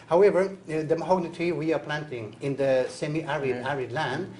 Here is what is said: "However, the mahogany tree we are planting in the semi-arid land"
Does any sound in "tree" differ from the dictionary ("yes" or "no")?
yes